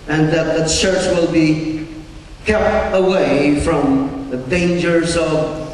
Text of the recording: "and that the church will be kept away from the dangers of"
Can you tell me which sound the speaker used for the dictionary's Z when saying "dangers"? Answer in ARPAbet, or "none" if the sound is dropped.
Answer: Z